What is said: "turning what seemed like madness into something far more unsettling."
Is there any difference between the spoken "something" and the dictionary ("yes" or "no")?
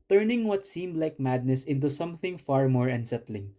no